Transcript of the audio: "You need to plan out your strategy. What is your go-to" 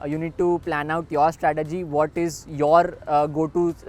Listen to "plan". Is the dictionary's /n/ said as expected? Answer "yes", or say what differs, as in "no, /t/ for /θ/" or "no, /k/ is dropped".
yes